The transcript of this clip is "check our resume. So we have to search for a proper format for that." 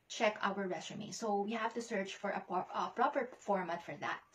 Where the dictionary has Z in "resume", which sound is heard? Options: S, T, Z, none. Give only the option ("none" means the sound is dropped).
S